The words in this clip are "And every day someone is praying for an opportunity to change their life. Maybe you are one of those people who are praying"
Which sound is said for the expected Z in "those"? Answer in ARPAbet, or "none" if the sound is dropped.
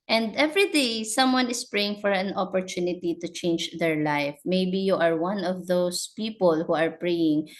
S